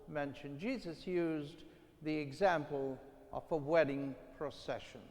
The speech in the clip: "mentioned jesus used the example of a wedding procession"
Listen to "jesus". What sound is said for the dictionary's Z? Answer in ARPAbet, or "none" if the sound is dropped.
Z